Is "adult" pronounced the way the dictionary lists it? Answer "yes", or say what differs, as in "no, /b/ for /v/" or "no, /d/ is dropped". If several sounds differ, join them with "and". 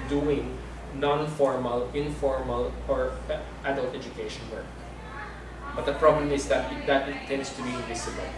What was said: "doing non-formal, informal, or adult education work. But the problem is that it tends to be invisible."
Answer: yes